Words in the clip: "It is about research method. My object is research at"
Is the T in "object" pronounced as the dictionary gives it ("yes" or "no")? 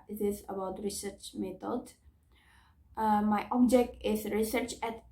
yes